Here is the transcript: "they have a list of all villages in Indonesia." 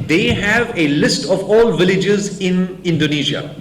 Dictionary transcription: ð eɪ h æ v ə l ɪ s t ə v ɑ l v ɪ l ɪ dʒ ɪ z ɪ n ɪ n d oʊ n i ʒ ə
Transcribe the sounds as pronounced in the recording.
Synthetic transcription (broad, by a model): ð eɪ h æ v ə l ɪ s t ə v ɑ l v ɪ l ɪ dʒ ɪ z ɪ n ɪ n d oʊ n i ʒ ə